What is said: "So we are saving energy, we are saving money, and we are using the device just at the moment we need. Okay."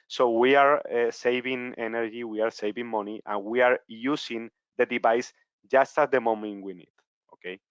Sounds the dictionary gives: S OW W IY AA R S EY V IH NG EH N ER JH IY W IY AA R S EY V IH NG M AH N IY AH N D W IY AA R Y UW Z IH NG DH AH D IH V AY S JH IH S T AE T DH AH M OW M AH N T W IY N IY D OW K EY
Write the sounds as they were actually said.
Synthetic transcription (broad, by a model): S OW W IY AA R S EY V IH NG EH N ER JH IY W IY AA R S EY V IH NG M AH N IY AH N W IY AA R Y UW S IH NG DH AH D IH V AY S JH IH S T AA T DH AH M OW M AH N T W IY N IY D OW K EY